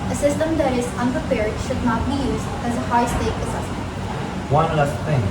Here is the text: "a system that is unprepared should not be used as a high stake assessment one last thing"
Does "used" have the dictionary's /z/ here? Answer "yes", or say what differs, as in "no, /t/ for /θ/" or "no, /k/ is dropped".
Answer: yes